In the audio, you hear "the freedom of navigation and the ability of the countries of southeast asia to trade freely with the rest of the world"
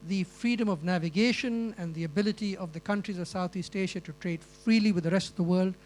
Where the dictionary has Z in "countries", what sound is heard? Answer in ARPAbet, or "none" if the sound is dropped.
Z